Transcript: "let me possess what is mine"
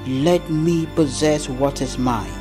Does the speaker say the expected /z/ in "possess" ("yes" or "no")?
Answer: yes